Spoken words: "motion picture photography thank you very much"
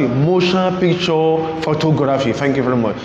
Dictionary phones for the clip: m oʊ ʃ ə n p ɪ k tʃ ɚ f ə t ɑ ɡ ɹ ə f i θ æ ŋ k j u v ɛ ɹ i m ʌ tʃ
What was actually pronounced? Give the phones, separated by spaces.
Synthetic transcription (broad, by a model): m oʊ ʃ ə p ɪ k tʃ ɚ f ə t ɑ ɡ ɹ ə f i t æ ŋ k j u v ɛ ɹ i m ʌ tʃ